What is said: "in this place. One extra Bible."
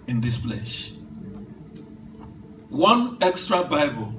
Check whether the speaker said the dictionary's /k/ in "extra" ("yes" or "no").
yes